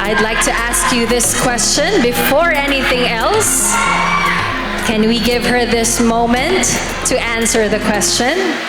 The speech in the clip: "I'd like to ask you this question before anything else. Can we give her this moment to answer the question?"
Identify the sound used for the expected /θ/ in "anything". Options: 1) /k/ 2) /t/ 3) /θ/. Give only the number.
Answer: 3